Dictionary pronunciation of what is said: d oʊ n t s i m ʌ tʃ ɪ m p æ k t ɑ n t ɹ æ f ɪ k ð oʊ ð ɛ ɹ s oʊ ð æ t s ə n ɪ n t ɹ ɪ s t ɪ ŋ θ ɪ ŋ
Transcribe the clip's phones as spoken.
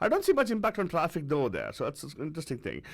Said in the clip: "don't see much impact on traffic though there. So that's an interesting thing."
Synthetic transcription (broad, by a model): d oʊ n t s i m ʌ tʃ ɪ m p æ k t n t ɹ æ f ɪ k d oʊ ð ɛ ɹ s oʊ ð æ t s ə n ɪ n t ɹ ɪ s t ɪ ŋ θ ɪ ŋ